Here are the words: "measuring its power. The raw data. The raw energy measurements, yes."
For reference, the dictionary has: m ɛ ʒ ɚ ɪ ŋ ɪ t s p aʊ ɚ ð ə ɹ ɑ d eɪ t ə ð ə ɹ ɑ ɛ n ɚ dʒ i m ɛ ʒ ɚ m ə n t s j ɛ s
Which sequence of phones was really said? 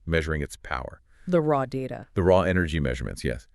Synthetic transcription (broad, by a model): m ɛ ʒ ɚ ɪ ŋ ɪ t s p aʊ ɚ ð ə ɹ ɑ d eɪ t ə ð ə ɹ ɑ ɛ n ɚ dʒ i m ɛ ʒ ɚ m ə n t s j ɛ s